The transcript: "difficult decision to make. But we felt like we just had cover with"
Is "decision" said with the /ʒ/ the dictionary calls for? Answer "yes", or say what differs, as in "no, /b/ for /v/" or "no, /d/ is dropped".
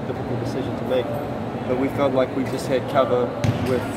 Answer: yes